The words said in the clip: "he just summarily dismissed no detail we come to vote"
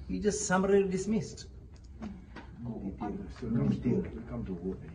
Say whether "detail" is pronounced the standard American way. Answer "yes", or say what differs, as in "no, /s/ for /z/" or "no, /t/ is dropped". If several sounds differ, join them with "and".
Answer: no, /s/ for /t/